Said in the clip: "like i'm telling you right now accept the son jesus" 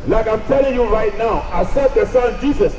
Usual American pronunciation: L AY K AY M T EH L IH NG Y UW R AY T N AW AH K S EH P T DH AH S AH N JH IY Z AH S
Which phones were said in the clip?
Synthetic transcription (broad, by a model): L AY K AY M T EH L IH NG Y UW R AY T N AW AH S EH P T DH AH S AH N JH IY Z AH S